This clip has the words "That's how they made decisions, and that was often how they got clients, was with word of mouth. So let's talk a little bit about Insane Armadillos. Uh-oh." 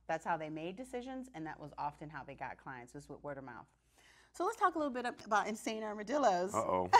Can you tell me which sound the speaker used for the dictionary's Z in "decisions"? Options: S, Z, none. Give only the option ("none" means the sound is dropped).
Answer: Z